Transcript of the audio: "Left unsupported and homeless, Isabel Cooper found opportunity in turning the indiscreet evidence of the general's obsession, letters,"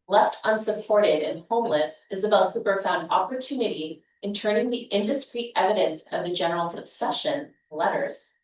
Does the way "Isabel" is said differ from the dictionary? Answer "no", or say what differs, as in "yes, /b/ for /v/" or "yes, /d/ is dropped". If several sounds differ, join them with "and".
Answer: no